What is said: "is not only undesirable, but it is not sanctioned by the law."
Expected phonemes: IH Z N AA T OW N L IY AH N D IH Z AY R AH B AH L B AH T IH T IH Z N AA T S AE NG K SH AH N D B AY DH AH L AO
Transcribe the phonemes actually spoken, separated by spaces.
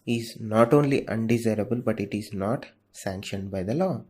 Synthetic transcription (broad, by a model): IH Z N AA T OW N L IY AH N D IH Z AY R AH B AH L B AH T IH T IH Z N AA T S AE NG K SH AH N D B AY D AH L AO